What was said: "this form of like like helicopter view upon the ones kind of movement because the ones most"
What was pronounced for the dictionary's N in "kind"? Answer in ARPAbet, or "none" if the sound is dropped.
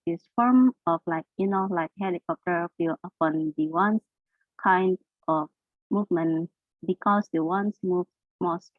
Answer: N